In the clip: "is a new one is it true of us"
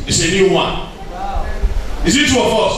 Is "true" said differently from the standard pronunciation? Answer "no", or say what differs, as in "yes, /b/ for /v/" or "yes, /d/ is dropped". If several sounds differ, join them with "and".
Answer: yes, /ɹ/ is dropped